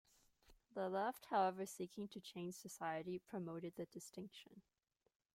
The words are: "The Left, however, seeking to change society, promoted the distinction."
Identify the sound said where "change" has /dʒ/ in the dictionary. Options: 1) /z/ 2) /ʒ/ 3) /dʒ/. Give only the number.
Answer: 2